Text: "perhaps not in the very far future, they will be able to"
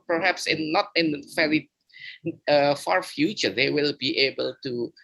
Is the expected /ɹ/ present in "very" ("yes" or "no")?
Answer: no